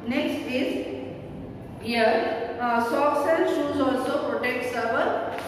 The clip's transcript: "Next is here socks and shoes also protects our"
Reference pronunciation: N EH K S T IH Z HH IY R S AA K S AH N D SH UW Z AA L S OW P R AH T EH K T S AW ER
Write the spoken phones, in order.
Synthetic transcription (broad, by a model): N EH K S T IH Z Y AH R S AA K S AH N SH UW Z AA L S OW P R AH T EH K T S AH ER